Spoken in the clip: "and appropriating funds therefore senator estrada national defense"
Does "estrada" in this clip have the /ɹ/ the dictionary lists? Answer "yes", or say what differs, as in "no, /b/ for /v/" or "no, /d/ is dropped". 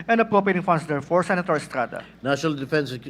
yes